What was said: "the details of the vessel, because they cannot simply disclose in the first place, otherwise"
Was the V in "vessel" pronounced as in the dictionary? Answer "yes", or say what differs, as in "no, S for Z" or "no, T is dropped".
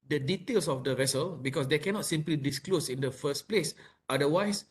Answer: yes